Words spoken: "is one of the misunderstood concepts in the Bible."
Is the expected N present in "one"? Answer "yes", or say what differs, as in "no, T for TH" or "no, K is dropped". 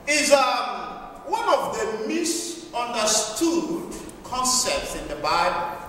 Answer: yes